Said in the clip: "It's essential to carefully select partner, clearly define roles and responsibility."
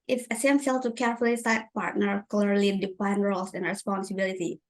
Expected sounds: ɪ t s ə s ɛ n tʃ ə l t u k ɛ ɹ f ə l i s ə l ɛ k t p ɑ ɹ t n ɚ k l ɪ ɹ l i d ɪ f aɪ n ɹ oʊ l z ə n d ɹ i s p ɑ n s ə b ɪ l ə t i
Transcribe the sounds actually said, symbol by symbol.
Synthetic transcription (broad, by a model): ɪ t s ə s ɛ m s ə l t u k ɛ ɹ f ə l i s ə ɪ t p ɑ ɹ t n ɚ k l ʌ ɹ l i d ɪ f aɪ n ɹ oʊ l s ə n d ɹ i s p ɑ n s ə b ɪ l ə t i